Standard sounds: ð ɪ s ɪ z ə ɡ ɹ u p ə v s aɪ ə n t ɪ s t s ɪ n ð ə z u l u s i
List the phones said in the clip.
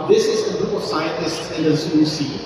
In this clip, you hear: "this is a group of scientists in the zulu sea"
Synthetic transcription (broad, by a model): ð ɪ s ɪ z ə ɡ ɹ u p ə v s aɪ ə n t ɪ s t s ɪ n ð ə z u ɔ s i